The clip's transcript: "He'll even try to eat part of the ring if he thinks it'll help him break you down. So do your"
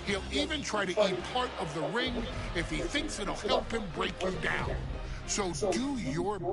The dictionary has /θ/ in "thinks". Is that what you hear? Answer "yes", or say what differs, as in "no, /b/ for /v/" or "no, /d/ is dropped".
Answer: yes